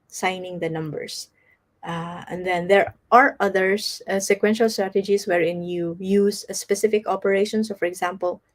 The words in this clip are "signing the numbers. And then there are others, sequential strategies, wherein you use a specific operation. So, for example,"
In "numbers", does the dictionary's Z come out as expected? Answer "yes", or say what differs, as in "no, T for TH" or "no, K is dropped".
no, S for Z